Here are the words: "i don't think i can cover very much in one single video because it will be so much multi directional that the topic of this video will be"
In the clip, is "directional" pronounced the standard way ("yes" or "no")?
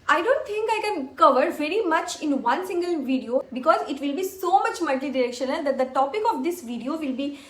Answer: yes